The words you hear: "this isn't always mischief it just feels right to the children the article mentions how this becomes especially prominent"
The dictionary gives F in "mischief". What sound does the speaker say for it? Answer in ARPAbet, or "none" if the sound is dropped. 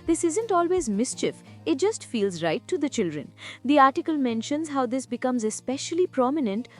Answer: F